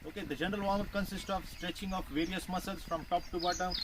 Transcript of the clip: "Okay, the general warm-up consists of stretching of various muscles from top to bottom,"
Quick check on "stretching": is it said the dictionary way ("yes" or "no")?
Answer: yes